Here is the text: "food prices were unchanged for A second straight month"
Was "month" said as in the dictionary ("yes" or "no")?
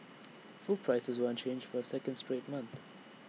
yes